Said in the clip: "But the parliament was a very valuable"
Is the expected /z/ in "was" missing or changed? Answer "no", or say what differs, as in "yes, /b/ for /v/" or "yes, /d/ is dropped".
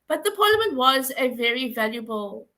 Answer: no